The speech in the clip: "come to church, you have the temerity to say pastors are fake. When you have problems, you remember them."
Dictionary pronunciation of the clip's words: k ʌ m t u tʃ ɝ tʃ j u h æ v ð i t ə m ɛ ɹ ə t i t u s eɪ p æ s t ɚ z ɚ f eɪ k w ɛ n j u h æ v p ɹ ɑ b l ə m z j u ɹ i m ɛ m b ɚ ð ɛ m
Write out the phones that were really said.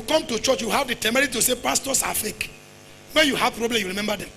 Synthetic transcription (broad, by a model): k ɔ m t u tʃ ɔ tʃ j u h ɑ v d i t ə m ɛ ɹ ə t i t u s eɪ p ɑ s t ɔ s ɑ f eɪ k w ɛ n j u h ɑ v p ɹ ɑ b l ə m j u ɹ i m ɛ m b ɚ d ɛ m